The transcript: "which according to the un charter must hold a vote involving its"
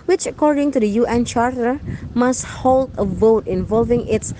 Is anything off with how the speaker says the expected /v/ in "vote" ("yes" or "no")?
no